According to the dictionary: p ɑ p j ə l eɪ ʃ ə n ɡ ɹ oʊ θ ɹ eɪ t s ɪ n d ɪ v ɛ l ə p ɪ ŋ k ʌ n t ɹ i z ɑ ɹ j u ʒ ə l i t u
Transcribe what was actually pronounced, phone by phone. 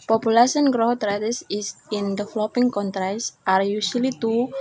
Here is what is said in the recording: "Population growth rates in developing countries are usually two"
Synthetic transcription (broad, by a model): p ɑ p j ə l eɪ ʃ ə n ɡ ɹ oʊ t ɹ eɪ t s ɪ n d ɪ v l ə p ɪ ŋ k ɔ n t ɹ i s ɑ ɹ j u s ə l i t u